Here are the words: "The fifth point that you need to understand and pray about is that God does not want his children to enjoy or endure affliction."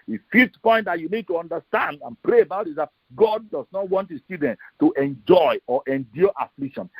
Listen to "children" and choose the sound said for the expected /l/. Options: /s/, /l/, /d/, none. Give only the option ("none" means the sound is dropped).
none